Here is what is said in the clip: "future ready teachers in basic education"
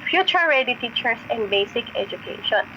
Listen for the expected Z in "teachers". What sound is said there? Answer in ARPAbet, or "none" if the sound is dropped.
S